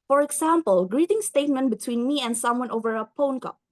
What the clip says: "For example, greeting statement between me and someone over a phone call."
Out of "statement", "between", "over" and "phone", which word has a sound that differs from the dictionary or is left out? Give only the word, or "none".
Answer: phone